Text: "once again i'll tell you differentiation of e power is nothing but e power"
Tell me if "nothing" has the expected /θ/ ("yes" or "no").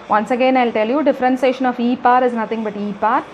no